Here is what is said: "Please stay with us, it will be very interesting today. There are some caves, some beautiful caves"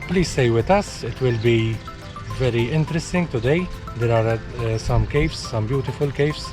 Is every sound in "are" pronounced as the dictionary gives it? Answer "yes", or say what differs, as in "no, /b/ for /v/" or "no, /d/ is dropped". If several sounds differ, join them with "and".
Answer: yes